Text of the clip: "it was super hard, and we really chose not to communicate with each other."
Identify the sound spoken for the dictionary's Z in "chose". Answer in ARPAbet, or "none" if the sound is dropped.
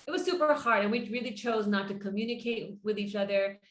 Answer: Z